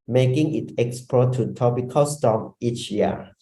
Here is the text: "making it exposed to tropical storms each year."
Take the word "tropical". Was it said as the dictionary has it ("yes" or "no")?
no